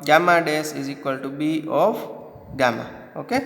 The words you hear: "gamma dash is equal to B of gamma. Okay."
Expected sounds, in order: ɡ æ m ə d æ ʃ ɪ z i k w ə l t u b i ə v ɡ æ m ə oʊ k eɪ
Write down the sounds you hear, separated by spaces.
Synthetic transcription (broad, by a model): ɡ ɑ m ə d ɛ s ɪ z i k w ə l t u b i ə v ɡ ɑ m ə oʊ k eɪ